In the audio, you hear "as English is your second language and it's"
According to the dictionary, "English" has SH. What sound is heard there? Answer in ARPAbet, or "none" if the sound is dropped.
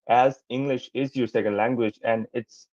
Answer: SH